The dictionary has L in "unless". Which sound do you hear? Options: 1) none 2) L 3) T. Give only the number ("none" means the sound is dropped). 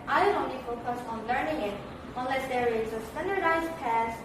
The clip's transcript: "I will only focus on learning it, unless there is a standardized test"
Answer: 2